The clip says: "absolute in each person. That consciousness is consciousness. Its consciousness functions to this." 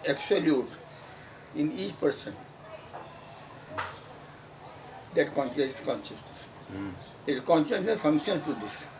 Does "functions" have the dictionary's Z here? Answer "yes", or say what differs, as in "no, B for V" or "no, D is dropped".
no, Z is dropped